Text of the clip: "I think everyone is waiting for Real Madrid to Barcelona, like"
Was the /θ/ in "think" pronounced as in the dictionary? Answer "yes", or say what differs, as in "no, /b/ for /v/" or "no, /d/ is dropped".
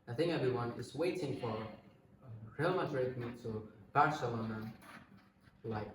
yes